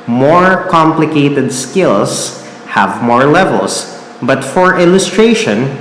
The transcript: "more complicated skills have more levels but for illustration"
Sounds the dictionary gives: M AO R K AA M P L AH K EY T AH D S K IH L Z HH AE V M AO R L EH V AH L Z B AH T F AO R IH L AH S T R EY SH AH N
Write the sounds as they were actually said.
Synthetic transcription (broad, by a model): M AO R K AA M P L AH K EY T AH D S K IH L S HH AE V M AO R L EH V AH L S B AH T F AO R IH L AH S T R EY SH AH N